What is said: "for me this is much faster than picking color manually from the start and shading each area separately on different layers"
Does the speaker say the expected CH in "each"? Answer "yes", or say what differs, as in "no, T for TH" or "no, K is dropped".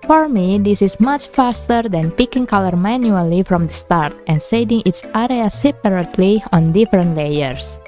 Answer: no, S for CH